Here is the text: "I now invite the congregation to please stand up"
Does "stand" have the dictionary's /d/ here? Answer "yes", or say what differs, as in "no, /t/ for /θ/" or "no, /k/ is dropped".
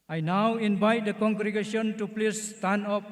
no, /d/ is dropped